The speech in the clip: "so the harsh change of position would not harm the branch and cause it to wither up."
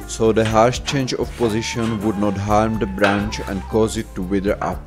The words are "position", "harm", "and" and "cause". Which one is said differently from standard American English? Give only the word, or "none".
none